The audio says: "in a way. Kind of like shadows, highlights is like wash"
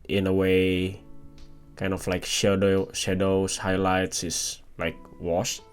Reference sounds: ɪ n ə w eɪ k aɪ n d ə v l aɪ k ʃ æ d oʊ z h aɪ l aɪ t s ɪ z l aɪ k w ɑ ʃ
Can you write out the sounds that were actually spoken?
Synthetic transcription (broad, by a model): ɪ n ə w eɪ k aɪ n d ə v l aɪ k ʃ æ d oʊ s h aɪ l aɪ t s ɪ s l aɪ k w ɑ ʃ